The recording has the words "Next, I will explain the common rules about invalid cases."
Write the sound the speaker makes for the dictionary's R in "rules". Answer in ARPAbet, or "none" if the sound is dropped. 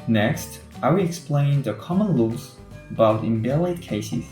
L